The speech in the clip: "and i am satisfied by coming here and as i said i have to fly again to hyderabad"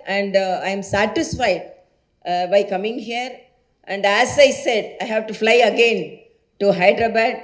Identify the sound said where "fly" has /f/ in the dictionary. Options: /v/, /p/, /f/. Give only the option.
/f/